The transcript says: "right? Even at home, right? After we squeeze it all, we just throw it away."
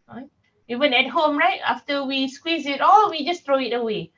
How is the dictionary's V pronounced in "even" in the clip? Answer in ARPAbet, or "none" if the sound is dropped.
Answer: W